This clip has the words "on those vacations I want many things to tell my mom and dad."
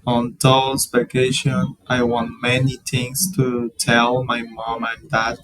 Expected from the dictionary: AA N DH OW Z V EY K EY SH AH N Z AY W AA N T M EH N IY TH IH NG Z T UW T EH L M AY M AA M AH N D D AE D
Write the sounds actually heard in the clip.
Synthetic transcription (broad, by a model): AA N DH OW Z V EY K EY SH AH N AY W AA N T M EH N IY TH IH NG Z T UW T EH L M AY M AA M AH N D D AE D